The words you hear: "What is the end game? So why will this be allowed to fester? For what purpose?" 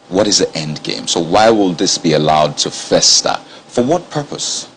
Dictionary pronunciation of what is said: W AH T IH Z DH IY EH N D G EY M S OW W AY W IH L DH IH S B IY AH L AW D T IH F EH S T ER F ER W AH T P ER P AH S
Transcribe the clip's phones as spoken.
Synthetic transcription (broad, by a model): W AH T IH Z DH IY EH N D G EY M S OW W AY W IH L DH IH S B IY AH L AW D T IH F EH S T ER F ER W AH T P ER P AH S